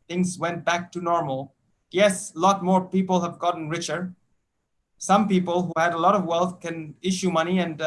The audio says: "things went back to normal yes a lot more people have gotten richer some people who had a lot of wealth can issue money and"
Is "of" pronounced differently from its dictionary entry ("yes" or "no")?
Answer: no